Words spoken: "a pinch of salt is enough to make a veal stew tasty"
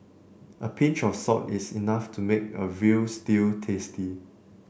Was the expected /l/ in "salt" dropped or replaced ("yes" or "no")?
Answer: yes